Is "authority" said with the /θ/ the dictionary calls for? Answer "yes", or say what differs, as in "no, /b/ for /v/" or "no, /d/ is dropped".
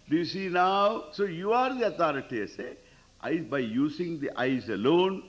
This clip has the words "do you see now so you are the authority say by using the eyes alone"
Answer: no, /t/ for /θ/